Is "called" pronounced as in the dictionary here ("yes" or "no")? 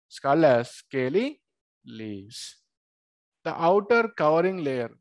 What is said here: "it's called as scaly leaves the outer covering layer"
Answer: no